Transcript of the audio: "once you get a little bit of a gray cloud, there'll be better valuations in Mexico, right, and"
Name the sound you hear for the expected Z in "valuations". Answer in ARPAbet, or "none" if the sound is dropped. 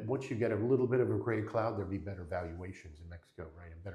Z